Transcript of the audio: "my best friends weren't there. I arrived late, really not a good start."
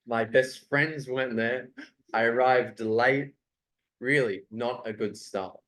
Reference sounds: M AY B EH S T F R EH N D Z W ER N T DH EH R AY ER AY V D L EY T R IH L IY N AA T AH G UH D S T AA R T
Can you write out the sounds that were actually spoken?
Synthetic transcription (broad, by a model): M AY B EH S T F R EH N D Z W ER N DH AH R AY ER AY V D L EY T R IH L IY N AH T AH G UH D S T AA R T